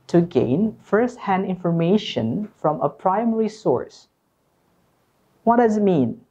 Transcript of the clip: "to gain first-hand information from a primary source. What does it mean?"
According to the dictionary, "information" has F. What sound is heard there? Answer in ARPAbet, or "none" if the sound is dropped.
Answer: F